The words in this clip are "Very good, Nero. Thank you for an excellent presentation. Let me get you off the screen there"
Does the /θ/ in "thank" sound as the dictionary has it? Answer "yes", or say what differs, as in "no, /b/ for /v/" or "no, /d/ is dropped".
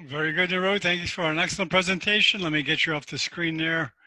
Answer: yes